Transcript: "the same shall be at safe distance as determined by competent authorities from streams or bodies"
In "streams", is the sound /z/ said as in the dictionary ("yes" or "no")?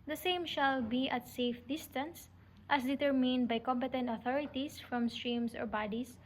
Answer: no